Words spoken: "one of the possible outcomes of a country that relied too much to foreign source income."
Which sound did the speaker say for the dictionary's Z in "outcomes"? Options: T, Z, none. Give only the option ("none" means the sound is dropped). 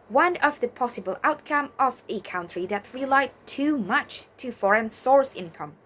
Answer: none